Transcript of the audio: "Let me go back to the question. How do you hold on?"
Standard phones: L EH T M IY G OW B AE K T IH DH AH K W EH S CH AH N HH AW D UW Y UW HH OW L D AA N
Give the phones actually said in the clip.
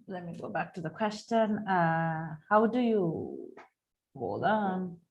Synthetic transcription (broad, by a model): L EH T M IY G OW B AE K T IH DH AH K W EH S CH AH N HH AW D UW Y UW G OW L AA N